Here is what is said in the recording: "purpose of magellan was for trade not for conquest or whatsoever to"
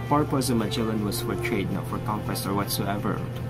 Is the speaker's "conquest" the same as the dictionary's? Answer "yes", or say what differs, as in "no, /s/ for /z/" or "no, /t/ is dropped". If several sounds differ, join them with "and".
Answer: no, /t/ is dropped